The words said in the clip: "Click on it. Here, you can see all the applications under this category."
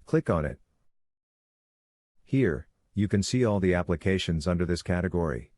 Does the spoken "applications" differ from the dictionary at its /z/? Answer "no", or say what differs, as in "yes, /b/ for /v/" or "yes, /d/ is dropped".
no